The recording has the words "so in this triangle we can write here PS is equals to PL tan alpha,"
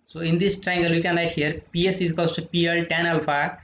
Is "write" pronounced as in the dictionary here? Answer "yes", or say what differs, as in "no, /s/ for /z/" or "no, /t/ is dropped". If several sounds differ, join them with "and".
no, /l/ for /ɹ/